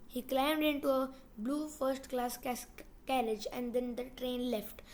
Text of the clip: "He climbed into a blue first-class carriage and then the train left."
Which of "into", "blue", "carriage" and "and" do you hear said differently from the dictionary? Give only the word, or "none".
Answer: none